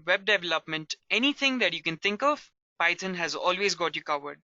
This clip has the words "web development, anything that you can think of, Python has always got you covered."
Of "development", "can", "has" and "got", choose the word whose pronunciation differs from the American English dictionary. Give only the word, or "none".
none